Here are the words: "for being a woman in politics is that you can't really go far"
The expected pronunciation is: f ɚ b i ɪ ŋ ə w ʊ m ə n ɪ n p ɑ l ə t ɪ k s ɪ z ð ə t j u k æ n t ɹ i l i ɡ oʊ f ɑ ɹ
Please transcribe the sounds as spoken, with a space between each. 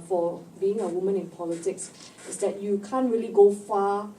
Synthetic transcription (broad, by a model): f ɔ b i ɪ ŋ ə w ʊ m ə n ɪ n p ɑ l ə t ɪ k s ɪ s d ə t j u k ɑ n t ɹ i l i ɡ oʊ f ɑ